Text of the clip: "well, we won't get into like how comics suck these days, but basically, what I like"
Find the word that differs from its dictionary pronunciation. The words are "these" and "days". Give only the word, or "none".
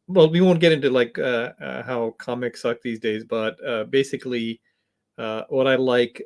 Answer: none